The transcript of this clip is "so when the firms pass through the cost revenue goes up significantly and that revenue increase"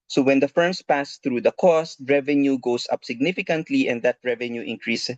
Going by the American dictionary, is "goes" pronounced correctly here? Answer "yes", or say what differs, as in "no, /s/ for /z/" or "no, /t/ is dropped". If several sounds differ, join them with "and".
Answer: no, /s/ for /z/